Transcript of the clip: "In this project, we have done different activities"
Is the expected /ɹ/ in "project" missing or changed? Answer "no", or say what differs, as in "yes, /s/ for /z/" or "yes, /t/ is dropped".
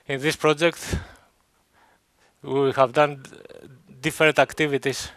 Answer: no